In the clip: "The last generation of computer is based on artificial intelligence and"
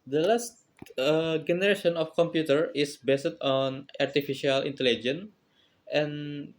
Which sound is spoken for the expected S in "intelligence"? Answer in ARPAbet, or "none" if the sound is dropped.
none